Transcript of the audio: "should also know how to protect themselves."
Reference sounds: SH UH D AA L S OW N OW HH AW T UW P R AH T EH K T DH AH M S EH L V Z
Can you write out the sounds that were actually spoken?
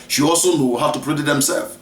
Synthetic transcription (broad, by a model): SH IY AA L S OW N OW HH AW T UW P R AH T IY T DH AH M S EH L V